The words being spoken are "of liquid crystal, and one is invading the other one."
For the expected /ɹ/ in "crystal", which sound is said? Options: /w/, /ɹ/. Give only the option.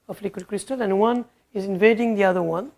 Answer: /ɹ/